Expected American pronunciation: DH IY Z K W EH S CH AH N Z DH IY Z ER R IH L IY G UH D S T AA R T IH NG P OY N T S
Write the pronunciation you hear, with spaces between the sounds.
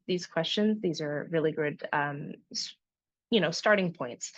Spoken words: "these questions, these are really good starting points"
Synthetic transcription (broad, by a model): DH IY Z K W EH S CH AH N Z DH IY Z ER R IH L IY G UH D S T AA R T IH NG P OY N T S